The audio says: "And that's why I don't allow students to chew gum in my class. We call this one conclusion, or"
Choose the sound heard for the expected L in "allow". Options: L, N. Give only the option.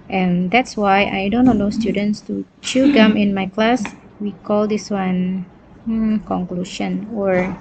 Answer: N